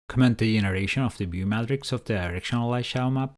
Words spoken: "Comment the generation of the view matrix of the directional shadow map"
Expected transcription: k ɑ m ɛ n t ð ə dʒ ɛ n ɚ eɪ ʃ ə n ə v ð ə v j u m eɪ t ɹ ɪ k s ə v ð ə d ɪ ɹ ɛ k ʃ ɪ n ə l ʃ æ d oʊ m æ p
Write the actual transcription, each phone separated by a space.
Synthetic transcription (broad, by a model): k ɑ m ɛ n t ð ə dʒ ɛ n ɚ eɪ ʃ ə n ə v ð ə b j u m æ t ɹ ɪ k s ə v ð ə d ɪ ɹ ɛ k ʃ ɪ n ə l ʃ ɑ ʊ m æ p